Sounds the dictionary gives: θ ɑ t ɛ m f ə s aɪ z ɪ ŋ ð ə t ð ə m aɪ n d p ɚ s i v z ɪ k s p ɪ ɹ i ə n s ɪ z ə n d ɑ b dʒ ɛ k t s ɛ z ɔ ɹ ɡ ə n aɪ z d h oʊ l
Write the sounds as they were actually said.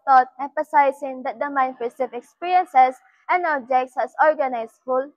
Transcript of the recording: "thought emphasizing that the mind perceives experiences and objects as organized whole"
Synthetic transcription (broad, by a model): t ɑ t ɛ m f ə s aɪ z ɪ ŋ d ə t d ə m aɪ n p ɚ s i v ɪ k s p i ɹ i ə n s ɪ s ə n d ɑ b dʒ ɛ k t s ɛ s ɔ ɹ ɡ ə n aɪ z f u l